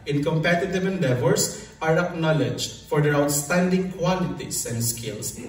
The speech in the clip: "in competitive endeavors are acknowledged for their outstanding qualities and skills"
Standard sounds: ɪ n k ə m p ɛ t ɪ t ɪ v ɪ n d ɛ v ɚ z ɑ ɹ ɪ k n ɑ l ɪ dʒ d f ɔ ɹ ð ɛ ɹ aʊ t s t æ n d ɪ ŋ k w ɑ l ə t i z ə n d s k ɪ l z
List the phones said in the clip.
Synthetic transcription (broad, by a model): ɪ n k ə m p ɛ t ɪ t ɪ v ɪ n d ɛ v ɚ s ɑ ɹ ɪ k n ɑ l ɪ dʒ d f ɔ ɹ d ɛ ɹ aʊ t s t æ n d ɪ ŋ k w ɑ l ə t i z ə n d s k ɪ l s